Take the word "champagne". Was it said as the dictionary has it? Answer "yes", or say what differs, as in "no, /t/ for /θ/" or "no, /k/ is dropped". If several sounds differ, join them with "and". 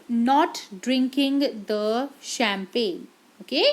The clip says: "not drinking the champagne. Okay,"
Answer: yes